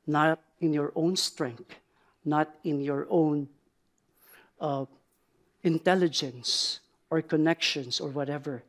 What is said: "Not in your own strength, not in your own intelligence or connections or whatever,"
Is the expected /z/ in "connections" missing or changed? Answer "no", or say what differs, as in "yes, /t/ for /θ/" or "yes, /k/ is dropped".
yes, /s/ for /z/